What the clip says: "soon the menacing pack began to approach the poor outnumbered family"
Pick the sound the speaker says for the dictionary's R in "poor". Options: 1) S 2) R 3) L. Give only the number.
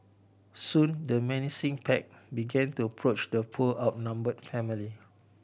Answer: 3